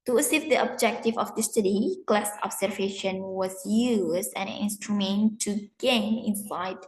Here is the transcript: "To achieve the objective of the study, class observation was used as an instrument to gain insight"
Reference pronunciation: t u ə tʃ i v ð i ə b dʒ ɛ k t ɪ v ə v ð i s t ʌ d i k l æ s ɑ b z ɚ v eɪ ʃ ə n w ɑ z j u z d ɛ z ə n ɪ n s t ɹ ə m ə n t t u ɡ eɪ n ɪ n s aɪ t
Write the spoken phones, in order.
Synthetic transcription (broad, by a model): t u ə s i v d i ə b dʒ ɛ k t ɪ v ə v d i s t ʌ d i k l æ s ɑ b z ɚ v eɪ ʃ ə n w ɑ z j u z d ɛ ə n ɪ n s t ɹ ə m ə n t t u ɡ eɪ n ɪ n s aɪ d